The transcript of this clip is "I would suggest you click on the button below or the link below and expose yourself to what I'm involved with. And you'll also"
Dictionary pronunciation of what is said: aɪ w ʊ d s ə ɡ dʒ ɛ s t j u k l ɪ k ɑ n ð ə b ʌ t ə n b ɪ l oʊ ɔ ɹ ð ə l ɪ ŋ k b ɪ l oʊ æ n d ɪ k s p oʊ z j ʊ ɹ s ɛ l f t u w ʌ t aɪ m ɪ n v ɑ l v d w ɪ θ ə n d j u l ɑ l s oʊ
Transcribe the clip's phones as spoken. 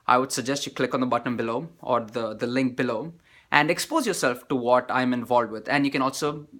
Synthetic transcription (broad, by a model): aɪ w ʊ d s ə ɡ dʒ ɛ s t j u k l ɪ k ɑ n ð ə b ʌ t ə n b ɪ l oʊ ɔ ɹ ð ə l ɪ ŋ k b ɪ l oʊ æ n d ɪ k s p oʊ z j ʊ ɹ s ɛ l f t u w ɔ t aɪ m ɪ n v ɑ l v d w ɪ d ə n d j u n ɑ l s oʊ